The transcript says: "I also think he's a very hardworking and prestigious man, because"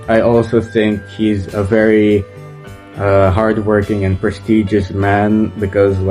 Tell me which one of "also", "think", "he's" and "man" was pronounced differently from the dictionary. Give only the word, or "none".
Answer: none